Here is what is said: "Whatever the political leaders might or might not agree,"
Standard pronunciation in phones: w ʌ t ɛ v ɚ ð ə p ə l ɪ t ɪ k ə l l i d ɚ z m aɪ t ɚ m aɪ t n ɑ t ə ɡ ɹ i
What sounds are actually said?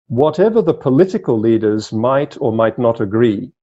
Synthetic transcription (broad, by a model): w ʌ t ɛ v ɚ ð ə p ə l ɪ t ɪ k ə l l i d ɚ z m aɪ t ɚ m aɪ t n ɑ t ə ɡ ɹ i